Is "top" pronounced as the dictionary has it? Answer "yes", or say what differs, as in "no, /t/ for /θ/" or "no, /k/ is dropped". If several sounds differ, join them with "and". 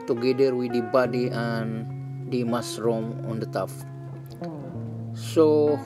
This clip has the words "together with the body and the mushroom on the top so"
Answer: no, /f/ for /p/